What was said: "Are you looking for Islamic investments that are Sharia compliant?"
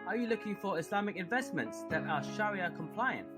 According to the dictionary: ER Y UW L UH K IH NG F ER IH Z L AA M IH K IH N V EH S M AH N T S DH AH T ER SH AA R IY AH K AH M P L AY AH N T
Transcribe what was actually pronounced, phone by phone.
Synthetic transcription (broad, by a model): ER Y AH L UH K IH NG F ER IH S L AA M IH K IH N V EH S M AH N T S DH AH T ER SH AA R IY AH K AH M P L AY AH N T